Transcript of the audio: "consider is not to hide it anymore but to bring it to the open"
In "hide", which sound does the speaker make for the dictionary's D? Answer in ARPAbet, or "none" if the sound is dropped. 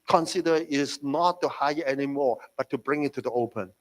none